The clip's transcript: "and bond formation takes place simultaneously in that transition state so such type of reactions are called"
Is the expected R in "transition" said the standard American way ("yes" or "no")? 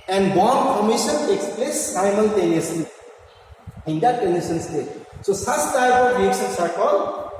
no